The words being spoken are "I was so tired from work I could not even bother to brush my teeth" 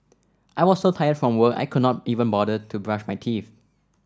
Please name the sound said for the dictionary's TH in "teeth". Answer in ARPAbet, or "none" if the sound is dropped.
F